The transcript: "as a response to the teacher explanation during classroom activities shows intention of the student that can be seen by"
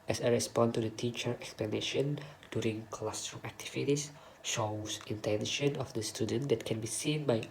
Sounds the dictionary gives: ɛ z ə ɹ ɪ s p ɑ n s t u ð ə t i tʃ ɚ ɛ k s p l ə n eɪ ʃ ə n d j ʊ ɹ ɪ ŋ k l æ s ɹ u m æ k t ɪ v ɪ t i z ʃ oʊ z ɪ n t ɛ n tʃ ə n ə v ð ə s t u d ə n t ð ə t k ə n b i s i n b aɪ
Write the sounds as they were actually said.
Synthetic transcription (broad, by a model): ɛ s ə ɹ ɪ s p ɑ n t u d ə t i tʃ ɚ ɛ k s p l ə n eɪ ʃ ə n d j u ɹ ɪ ŋ k l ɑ s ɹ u æ k t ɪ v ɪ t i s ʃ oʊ s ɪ n t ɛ n ʃ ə n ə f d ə s t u d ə n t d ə t k ə n b i s i n b aɪ